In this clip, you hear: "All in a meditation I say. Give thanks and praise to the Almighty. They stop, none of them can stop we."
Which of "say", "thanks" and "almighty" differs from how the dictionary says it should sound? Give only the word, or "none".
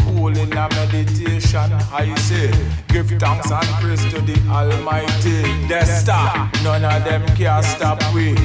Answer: thanks